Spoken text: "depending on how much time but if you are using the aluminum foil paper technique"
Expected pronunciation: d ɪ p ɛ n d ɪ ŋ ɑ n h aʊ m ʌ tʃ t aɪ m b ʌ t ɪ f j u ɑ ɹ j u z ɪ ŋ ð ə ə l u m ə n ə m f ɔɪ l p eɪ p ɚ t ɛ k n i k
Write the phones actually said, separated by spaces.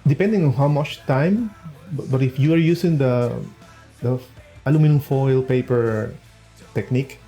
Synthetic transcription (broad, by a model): d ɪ p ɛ n d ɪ ŋ ɑ n h aʊ m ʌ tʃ t aɪ m b ʌ t ɪ f j u ɑ ɹ j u s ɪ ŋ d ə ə l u m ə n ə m f ɔɪ l p eɪ p ɚ t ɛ k n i k